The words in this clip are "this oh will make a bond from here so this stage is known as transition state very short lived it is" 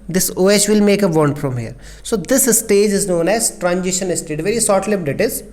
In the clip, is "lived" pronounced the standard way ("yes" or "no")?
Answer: no